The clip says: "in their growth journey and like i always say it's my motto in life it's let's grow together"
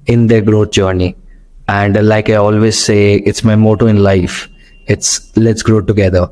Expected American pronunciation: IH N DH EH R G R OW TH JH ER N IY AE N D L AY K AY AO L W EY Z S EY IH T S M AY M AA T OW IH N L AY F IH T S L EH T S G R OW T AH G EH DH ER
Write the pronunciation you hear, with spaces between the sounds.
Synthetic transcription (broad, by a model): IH N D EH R G R OW T JH ER N IY AE N D L AY K AY AO L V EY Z S EY IH T S M AY M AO T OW IH N L AY F IH T S L EH T S G R OW T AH G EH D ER